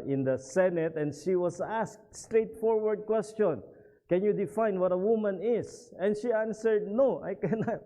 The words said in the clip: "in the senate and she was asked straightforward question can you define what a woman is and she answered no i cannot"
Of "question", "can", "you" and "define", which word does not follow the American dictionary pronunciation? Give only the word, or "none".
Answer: none